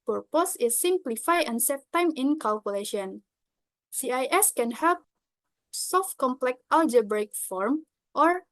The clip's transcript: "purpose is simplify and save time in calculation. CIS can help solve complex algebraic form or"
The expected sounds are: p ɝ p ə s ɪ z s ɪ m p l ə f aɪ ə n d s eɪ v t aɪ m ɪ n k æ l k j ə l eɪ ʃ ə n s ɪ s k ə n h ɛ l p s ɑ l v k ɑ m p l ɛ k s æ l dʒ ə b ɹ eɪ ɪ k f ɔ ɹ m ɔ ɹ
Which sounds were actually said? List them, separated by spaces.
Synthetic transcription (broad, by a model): p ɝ p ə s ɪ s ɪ m p l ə f aɪ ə n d s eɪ t aɪ m ɪ n k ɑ l k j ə l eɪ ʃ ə n s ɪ s k ə n h ɛ l p s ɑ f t k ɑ m p l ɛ k ɑ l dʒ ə b ɹ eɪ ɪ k f ɔ ɹ m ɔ ɹ